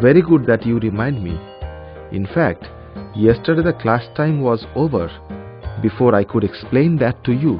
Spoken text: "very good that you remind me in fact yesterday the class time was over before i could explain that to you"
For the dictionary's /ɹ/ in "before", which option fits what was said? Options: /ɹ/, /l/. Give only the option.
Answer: /ɹ/